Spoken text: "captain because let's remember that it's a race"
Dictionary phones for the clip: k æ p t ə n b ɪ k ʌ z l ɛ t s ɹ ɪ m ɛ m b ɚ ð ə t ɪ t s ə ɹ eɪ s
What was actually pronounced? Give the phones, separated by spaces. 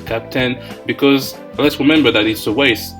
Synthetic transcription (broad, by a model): k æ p t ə n b ɪ k ʌ z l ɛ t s ɹ ɪ m ɛ m b ɚ ð ə t ɪ t s ə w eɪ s